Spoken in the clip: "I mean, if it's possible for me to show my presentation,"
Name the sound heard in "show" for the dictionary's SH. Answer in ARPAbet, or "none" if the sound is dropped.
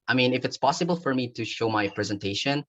SH